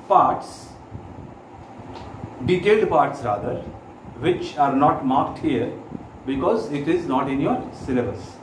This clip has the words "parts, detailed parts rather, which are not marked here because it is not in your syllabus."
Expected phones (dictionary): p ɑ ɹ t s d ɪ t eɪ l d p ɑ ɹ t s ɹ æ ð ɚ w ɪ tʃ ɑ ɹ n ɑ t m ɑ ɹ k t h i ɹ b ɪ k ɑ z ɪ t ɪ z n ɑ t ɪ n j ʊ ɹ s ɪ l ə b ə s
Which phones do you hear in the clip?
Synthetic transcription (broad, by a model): p ɑ ɹ t s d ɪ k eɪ d p ɑ ɹ t s ɹ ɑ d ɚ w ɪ tʃ ɑ ɹ n ɑ t m ɑ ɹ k t h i ɹ b ɪ k ɑ z ɪ t ɪ z n ɑ t ɪ n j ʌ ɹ s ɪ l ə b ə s